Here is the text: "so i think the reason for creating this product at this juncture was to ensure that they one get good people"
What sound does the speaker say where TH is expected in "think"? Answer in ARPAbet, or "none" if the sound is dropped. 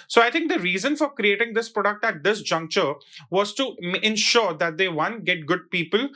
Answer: T